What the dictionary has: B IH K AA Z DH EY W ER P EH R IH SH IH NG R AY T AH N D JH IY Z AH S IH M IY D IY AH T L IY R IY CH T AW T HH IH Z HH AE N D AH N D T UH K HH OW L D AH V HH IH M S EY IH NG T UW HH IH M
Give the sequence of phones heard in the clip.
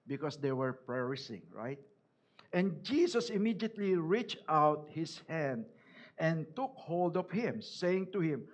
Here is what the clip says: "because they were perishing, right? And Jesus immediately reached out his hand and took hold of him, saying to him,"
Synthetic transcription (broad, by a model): B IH K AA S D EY W ER P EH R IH S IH NG R AY T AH N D JH IY S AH S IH M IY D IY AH T L IY R IY CH T AW T HH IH S HH AE N D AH N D T UH K HH OW L D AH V HH IH M S EY IH NG T UW HH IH M